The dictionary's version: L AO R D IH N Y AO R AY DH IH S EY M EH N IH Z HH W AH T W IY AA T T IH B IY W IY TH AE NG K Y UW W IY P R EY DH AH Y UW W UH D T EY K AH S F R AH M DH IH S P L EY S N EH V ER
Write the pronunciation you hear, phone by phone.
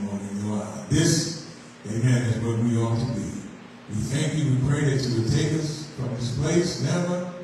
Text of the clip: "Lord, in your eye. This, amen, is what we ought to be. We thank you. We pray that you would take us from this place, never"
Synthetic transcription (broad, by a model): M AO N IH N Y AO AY DH IH S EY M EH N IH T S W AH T W IY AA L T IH B IY W IY TH AE NG K Y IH W IY P R EY DH AH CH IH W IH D T EY K AH S F R AH M DH IH S P L EY S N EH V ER